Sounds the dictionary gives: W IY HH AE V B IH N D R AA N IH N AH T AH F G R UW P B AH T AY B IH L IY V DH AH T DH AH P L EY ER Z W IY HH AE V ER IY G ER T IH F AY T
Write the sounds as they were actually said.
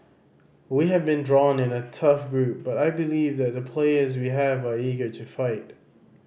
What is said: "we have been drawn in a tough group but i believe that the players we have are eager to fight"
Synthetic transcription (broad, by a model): W IY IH V B IH N D R AA N IH N AH T AH F G R UW P B AH T AY B IH L IY V DH AH T DH AH P L EY ER Z W IY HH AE V ER IY G ER T IH F AY T